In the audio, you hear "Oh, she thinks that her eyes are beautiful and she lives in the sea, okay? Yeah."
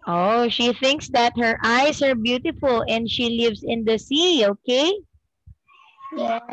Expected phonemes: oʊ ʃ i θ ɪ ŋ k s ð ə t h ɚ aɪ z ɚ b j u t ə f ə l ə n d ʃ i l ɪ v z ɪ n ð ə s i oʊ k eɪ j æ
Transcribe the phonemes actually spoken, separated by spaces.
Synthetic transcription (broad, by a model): oʊ ʃ i θ ɪ ŋ k s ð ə t h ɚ aɪ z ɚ b j u t ə f ə l ə n d ʃ i l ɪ v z ɪ n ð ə s i oʊ k eɪ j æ